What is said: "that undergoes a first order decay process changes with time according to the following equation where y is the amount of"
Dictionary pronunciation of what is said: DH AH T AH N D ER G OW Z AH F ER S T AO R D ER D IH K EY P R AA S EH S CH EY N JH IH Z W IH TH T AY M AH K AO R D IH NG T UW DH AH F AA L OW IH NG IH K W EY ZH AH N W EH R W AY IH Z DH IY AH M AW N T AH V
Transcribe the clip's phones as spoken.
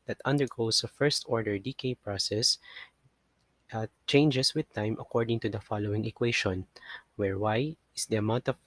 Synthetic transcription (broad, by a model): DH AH T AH N D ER G OW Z AH F ER S T AO R D ER D IH K EY P R AA S EH S CH EY N JH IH S W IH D T AY M AH K AO R D IH NG T UW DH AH F AA L OW IH NG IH K W EY SH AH N W EH R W AY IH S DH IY AH M AW N T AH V